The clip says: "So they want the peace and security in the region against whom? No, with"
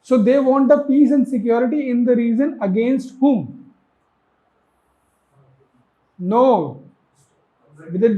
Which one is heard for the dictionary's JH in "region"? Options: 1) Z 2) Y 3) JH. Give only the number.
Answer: 1